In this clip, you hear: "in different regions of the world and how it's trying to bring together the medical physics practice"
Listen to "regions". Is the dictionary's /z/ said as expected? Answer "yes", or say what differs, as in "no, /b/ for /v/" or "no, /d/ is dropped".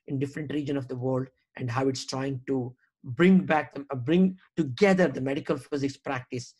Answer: no, /z/ is dropped